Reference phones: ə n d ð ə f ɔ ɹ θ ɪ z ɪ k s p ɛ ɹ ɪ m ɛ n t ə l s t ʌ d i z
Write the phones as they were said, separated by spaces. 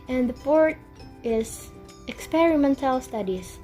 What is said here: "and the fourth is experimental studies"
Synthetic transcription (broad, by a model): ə n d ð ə p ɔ ɹ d ɪ z ɪ k s p ɛ ɹ ɪ m ɛ n t ə l s t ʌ d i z